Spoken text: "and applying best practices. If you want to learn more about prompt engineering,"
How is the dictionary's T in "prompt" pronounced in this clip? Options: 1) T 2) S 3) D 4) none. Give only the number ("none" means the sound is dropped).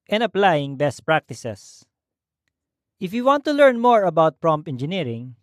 4